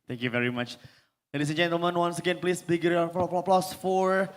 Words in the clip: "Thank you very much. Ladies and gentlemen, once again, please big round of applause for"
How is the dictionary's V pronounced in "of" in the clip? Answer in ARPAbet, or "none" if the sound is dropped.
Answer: P